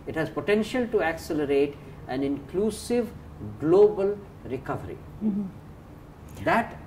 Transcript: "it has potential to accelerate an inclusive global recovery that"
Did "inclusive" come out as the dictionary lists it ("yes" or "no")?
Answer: yes